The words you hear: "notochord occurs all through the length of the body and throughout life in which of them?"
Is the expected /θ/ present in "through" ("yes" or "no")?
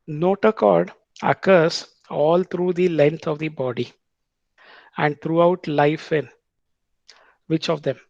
no